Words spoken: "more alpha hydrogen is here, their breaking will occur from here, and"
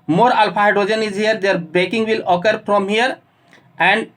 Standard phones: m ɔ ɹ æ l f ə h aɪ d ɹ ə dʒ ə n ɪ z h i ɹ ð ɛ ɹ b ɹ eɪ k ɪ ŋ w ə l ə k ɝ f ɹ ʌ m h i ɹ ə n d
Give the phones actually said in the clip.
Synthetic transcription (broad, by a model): m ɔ ɹ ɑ l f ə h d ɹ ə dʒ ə n ɪ z h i ɹ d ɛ ɹ b eɪ k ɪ ŋ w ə l ə k ɝ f ɹ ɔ m h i ɹ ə n d